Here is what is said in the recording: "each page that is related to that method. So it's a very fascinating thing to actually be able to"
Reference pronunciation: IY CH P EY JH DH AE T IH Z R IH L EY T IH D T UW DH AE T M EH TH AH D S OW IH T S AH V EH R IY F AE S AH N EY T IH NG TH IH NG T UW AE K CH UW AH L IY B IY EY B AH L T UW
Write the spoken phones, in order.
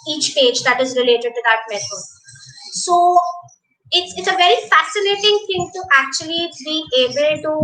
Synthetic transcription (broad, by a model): IY CH P EY JH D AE T IH Z R IH L EY T IH D T UW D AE T M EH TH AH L S OW IH T S AH V EH R IY F AE S AH N EY T IH NG T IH NG T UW AE K CH UW AH L IY B IY EY B AH L T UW